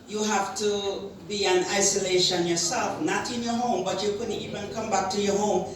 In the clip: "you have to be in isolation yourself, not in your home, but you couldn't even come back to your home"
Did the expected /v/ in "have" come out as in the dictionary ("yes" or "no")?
no